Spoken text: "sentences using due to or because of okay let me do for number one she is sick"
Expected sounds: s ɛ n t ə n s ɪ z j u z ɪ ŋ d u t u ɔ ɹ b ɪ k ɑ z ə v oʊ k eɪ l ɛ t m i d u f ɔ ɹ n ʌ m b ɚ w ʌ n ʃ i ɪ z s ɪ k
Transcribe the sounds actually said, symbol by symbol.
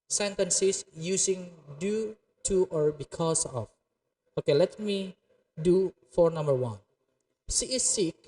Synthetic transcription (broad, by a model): s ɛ n t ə n s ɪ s j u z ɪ ŋ d u t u ɔ ɹ b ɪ k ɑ s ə f oʊ k eɪ l ɛ t m i d u f ɔ ɹ n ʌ m b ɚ w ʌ n s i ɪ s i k